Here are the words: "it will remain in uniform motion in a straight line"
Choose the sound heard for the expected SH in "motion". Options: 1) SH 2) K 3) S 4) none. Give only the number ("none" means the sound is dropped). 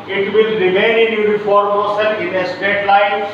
3